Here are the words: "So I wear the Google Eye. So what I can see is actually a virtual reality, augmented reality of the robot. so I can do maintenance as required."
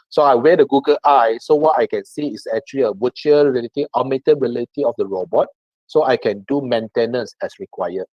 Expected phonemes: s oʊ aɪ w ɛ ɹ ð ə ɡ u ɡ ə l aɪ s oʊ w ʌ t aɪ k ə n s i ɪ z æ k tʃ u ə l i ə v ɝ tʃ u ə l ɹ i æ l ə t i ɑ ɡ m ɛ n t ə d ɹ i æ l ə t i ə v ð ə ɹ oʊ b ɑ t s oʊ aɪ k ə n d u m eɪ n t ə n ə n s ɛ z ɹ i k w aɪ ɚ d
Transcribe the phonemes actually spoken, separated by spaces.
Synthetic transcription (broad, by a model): s oʊ aɪ w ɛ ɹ ə ɡ u ɡ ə l aɪ s oʊ w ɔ t aɪ k ə n s i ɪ s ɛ k tʃ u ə l i ə w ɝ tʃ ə ɹ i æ l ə t i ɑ m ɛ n t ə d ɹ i l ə t i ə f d ə ɹ oʊ b ɑ t s oʊ aɪ k ə n d u m eɪ n t ə n ə n s ɛ s ɹ i k w aɪ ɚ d